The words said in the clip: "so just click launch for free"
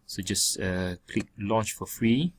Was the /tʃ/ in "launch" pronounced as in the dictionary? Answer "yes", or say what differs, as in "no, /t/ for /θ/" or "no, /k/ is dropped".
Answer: yes